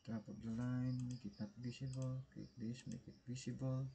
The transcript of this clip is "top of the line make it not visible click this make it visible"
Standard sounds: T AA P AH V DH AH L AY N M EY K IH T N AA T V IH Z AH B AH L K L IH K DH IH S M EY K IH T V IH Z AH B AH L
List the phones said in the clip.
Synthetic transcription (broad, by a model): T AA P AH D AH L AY N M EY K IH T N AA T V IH S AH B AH L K IH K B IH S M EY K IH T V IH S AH B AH L